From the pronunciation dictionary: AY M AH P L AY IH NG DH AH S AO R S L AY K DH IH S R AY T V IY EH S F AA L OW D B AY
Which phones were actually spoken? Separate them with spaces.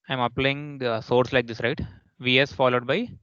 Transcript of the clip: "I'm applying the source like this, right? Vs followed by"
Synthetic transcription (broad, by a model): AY M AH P L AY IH NG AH S AO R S L AY K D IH S R AY T V IY EH S F AA L OW D B AY